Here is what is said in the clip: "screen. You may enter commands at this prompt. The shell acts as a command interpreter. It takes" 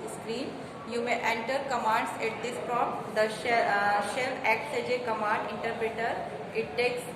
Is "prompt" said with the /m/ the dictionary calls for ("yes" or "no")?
no